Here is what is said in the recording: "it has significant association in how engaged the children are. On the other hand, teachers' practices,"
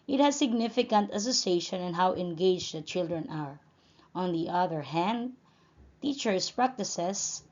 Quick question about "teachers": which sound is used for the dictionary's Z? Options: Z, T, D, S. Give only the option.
S